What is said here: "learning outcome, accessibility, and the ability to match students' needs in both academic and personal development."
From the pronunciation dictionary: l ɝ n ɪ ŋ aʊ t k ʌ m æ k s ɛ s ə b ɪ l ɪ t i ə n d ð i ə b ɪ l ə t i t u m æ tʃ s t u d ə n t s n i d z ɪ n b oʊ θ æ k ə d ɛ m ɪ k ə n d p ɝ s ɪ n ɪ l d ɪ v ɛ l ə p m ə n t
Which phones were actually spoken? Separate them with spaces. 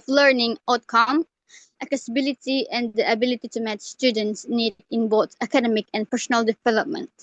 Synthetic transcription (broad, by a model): l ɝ n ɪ ŋ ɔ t k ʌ m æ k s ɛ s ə b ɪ l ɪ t i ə n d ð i ə b ɪ l ə t i t u m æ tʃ s t u d ə n t s n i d ɪ n b oʊ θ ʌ k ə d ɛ m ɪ k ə n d p ɝ s ɪ n ɪ l d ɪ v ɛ l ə p m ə n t